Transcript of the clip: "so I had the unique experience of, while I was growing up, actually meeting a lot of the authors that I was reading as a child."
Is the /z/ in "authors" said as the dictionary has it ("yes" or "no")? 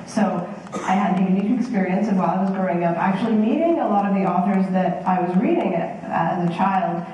yes